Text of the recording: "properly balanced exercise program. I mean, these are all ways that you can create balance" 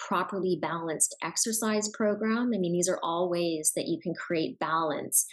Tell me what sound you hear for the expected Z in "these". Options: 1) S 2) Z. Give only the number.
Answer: 2